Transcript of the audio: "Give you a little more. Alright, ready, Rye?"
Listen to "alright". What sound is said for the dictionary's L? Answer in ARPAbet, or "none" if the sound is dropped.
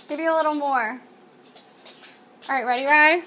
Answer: none